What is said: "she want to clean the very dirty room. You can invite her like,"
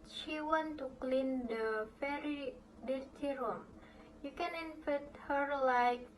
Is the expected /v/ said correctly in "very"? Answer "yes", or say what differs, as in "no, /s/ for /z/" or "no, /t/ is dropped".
no, /f/ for /v/